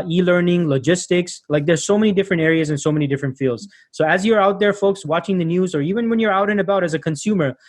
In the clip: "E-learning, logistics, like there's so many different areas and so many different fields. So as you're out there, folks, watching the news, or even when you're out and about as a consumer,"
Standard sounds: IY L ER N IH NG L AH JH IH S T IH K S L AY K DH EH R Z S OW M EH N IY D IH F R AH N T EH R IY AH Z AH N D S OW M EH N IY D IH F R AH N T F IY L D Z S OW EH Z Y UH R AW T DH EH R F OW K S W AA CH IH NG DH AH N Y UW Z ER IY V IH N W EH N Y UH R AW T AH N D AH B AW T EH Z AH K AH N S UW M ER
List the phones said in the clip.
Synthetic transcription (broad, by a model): IY L ER N IH NG L AH JH IH S T IH K S L AY K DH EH R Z S OW M EH N IY D IH F R AH N T EH R IY AH Z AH N S OW M EH N IY D IH F R AH N T F IY L D Z S OW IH Z Y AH R AW T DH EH R F OW K S W AA CH IH NG DH AH N Y UW Z ER IY V IH N W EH N Y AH R AW T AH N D AH B AW T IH Z AH K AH N S UW M ER